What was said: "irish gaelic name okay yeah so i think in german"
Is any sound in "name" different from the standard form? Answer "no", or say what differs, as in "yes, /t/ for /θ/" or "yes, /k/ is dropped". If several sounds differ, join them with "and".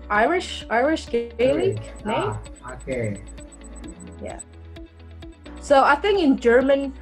yes, /m/ is dropped